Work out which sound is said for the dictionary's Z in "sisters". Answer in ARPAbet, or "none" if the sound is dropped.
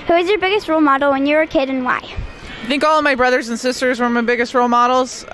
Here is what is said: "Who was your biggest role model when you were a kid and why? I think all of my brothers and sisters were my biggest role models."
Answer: Z